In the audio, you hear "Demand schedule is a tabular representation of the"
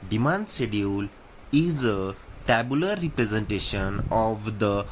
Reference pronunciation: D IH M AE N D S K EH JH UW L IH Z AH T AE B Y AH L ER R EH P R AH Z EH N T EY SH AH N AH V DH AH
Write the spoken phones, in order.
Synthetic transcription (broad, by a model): D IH M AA N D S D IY UW L IH Z AH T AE B Y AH L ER R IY P R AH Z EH N T EY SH AH N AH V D AH